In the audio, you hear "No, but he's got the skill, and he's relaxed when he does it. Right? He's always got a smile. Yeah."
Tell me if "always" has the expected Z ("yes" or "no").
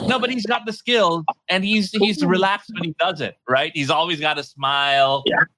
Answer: yes